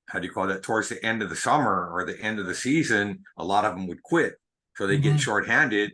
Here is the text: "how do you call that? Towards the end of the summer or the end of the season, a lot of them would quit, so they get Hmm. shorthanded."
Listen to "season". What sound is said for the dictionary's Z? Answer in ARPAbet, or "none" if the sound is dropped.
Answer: Z